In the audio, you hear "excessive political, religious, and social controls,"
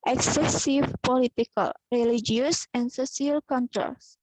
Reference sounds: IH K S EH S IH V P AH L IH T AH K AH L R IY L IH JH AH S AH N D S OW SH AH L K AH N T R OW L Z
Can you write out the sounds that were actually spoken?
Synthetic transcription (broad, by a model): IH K S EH S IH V P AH L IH T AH K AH L R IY L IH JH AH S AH N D S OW S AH L K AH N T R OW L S